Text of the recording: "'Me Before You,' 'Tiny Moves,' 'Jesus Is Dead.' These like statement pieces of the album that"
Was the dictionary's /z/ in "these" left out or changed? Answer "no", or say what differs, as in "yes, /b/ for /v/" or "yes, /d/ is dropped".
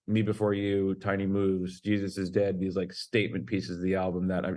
no